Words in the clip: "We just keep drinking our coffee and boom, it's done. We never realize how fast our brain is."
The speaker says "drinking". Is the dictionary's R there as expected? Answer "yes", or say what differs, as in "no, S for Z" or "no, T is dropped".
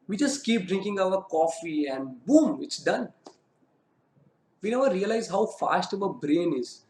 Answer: yes